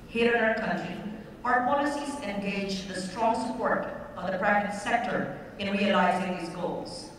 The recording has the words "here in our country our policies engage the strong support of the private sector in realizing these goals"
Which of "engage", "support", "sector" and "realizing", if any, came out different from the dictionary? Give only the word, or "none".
none